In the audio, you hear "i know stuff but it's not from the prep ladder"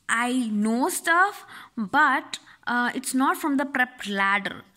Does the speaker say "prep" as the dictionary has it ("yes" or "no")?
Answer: yes